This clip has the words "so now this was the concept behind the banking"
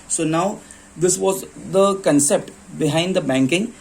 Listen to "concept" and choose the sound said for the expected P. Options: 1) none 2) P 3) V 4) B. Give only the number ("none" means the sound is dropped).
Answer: 2